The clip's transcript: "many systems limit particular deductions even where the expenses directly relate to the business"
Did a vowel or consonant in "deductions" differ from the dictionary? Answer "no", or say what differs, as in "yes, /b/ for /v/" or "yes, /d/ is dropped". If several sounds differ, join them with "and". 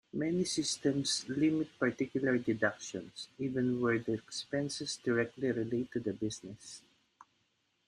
yes, /s/ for /z/